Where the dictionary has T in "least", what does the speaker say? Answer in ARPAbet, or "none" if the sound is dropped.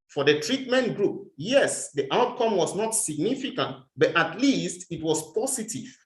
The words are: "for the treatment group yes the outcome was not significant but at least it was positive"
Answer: T